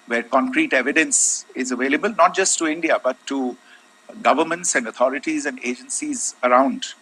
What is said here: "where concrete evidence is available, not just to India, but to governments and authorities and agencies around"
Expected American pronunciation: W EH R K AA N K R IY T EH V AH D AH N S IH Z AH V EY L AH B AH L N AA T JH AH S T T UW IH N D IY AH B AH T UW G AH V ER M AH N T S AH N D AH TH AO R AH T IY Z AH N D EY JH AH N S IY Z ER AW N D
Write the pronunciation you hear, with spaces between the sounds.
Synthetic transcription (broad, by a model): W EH R K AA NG K R IY T EH V AH D AH N S IH Z AH V EY L AH B AH L N AA T JH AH S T T UW IH N D IY AH B AH T UW G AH V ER M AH N T S AH N D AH T AO R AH T IY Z AH N D EY JH AH N S IY Z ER AW N D